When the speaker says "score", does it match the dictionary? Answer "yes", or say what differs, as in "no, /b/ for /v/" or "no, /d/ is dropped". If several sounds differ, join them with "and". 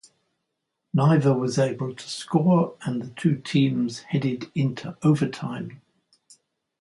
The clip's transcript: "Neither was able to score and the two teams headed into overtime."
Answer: yes